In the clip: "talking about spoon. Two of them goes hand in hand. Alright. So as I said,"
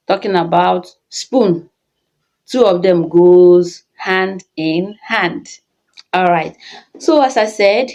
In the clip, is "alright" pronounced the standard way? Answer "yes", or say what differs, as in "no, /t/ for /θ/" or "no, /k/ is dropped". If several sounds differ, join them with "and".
yes